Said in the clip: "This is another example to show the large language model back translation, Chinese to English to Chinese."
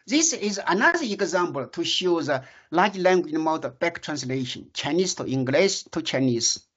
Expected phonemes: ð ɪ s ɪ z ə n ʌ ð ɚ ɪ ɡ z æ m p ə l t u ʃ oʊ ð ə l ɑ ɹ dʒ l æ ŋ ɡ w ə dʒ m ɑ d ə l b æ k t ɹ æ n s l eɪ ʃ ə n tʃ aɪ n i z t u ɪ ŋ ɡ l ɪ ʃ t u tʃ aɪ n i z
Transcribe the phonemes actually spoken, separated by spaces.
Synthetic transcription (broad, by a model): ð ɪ s ɪ z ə n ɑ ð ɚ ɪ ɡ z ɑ m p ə l t u ʃ oʊ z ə l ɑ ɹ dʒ l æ ŋ ɡ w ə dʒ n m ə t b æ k t ɹ æ n s l eɪ ʃ ə n tʃ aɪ n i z t u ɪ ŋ ɡ l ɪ s t u tʃ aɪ n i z